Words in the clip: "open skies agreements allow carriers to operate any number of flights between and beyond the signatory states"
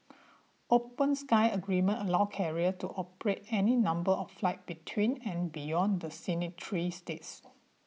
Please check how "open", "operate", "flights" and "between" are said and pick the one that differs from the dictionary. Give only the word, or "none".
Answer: flights